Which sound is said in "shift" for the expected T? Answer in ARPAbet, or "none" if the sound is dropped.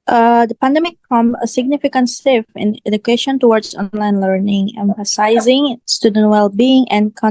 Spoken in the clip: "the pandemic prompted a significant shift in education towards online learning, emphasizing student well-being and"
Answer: none